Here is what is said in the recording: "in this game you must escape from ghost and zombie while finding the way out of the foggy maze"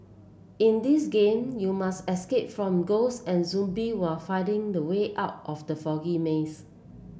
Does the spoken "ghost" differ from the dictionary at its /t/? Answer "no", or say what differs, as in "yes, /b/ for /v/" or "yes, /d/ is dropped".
yes, /t/ is dropped